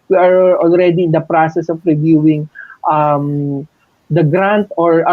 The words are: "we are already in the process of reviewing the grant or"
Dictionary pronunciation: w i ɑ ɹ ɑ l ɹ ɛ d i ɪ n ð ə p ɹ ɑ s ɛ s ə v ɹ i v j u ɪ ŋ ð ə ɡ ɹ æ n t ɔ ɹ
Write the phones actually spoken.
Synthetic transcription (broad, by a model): w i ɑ ɹ ɑ l ɹ ɛ d i ɪ n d ə p ɹ ɑ s ɛ s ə p ɹ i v j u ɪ ŋ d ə ɡ ɹ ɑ n t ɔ ɹ